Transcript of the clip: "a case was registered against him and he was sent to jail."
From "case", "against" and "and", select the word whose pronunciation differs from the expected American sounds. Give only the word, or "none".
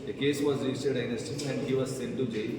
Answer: against